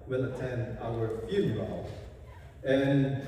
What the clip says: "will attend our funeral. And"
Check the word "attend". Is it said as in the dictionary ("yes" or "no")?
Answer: no